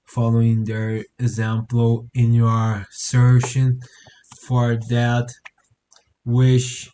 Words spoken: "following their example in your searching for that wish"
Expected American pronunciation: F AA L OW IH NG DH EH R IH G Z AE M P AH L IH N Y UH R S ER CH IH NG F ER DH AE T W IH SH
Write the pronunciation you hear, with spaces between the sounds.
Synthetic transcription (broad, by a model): F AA L OW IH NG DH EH R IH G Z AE M P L IH N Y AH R S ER SH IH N F ER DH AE T W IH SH